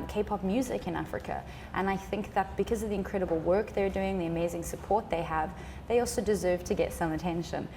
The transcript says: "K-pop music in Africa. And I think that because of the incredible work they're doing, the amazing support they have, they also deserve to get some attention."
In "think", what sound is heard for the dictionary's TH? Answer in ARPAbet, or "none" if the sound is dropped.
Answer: TH